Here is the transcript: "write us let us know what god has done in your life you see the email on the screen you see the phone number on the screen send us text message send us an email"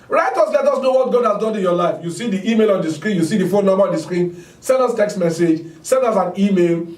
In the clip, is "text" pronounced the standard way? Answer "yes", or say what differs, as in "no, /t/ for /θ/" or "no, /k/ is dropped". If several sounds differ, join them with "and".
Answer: yes